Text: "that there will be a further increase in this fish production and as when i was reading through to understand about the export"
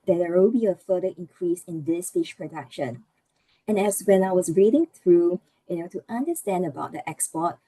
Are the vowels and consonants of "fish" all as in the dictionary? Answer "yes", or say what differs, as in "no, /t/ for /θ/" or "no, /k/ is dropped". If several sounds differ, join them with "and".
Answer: yes